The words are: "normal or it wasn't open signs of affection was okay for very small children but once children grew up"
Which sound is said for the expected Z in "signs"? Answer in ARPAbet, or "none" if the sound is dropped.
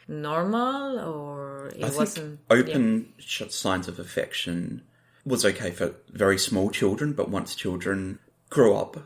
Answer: Z